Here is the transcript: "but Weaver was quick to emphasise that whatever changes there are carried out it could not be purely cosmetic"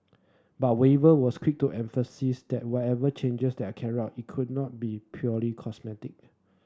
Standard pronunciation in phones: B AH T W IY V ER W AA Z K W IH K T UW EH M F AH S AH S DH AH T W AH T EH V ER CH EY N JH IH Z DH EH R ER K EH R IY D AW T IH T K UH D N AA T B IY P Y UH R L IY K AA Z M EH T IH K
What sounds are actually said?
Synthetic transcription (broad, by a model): B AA T W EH V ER W AA S K W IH K T UW EH M F AH S AH S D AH T W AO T EH V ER CH EY N JH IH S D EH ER K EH R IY AW T IH T K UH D N AA T B IY P Y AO L IY K AA S M EH T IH K